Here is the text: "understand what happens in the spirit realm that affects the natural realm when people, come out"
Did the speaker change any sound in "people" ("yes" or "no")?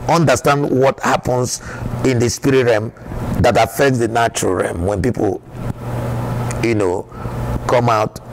yes